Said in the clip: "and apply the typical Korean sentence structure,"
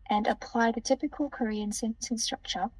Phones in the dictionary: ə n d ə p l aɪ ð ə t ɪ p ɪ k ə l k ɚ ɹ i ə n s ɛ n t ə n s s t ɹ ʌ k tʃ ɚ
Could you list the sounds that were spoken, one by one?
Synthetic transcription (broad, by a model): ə n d ə p l aɪ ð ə t ɪ p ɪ k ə l k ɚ ɹ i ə n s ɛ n s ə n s s t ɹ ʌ k tʃ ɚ